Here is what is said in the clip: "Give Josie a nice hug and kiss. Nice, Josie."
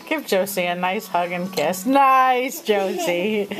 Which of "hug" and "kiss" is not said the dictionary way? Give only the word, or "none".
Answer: none